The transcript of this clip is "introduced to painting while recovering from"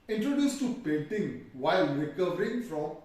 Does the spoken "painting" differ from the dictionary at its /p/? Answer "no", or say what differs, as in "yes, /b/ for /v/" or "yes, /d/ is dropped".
no